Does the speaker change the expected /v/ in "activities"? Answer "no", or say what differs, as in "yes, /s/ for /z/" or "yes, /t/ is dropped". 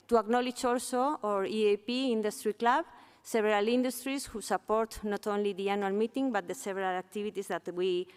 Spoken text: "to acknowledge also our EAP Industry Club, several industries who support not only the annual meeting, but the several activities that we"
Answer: yes, /b/ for /v/